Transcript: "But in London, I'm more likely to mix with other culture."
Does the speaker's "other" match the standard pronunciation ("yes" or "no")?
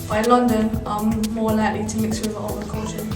no